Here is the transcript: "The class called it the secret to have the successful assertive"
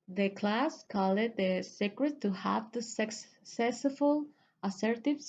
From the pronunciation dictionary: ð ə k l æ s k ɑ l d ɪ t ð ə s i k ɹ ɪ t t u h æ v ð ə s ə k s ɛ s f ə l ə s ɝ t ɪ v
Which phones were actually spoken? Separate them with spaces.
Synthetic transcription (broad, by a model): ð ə k l æ s k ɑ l ɪ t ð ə s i k ɹ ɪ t t u h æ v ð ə s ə k s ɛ s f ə l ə s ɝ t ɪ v